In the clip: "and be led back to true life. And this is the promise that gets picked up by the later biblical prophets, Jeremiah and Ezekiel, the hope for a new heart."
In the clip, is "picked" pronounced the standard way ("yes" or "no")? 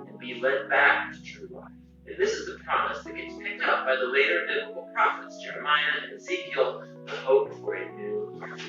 yes